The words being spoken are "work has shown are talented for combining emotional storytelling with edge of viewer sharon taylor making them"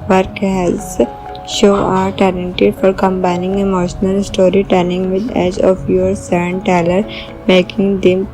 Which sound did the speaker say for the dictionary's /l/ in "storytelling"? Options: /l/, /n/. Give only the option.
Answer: /n/